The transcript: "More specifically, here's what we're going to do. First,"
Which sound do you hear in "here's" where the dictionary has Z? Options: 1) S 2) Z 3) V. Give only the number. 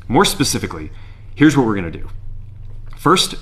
2